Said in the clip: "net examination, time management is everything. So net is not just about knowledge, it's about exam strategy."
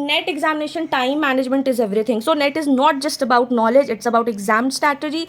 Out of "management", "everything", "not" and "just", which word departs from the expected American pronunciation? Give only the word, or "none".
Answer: everything